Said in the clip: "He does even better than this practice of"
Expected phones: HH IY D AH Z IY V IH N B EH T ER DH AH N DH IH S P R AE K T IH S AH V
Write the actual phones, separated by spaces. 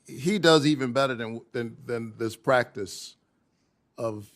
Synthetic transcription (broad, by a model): HH IY D AH Z IY V IH N B EH T ER DH AH N DH IH S P R AE K T IH S AH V